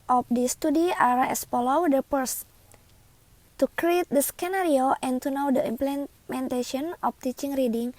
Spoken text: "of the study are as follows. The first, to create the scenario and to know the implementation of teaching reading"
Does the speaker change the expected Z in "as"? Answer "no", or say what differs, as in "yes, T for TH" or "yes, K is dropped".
yes, S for Z